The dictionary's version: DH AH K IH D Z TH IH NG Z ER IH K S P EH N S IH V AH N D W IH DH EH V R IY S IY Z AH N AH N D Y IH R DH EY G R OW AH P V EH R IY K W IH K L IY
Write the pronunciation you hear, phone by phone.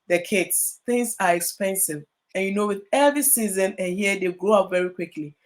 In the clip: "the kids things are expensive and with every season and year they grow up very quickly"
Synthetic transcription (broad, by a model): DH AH K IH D S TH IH NG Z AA IH K S P EH N S IH V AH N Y W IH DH EH V R IY S IY Z AH N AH N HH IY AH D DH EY G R OW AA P V EH R IY K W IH K L IY